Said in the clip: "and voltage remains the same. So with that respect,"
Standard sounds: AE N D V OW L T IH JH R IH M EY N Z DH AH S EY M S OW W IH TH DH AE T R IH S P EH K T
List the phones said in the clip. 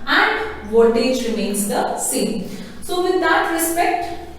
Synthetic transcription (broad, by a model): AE N D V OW T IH JH R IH M EY N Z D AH S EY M S OW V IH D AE T R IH S P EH K T